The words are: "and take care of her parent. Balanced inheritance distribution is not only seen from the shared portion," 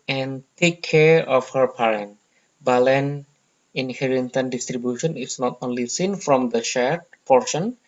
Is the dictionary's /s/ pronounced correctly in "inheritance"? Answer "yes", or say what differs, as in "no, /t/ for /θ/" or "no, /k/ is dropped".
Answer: no, /s/ is dropped